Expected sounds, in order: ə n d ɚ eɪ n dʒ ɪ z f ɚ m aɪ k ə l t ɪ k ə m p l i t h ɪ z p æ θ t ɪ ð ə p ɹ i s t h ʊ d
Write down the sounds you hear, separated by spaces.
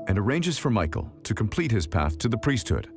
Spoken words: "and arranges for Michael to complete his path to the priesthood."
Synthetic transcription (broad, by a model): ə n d ɚ eɪ n dʒ ɪ z f ɚ m aɪ k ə l t ɪ k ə m p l i t h ɪ z p æ θ t ɪ ð ə p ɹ i s t h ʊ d